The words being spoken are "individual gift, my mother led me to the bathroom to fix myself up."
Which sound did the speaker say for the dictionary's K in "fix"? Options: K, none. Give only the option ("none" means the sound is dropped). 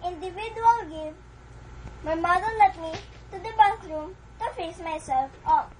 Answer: none